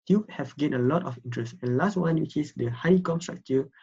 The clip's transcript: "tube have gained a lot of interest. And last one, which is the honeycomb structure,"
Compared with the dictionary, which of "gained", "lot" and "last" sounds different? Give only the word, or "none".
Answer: gained